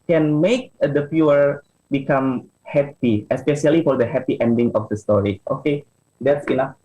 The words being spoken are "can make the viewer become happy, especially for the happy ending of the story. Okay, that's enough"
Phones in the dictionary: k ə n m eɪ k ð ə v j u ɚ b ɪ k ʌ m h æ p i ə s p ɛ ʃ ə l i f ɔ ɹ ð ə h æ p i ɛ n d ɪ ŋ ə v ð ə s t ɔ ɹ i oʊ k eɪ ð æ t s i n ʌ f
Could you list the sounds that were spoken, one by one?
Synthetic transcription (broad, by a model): k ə n m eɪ k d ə p j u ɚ b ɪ k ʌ m h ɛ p i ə s p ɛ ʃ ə l i f ɔ ɹ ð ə h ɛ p i ɛ n d ɪ ŋ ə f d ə s t ɔ ɹ i oʊ k eɪ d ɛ t s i n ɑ f